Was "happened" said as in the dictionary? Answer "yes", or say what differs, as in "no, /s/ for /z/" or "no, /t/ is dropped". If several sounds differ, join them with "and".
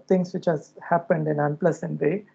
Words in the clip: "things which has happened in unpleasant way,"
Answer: yes